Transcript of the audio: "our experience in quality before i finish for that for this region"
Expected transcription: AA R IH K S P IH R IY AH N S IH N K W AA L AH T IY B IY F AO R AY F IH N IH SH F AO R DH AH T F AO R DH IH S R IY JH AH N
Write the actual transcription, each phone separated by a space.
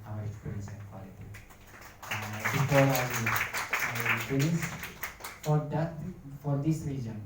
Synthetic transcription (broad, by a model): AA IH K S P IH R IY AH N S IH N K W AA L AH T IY B IY F AO R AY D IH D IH S F AO R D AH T F AO R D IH S R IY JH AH N